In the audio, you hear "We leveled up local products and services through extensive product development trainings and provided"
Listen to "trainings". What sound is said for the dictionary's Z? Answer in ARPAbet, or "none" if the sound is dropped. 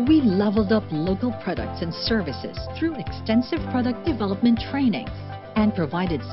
none